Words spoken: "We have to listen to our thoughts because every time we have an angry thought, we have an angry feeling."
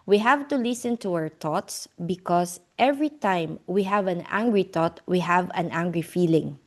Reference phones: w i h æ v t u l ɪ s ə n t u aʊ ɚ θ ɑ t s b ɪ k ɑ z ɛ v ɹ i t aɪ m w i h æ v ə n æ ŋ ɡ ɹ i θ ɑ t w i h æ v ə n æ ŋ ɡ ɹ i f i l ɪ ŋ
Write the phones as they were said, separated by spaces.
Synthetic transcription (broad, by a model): w i h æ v t u l ɪ s ə n t u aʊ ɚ t ɑ t s b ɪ k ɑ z ɛ v ɹ i t aɪ m w i h æ v ə n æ ŋ ɡ ɹ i t ɑ t w i h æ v ə n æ ŋ ɡ ɹ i f i l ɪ ŋ